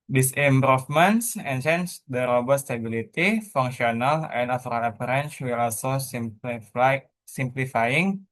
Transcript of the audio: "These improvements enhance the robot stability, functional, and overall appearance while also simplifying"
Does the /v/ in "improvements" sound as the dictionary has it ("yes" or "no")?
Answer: no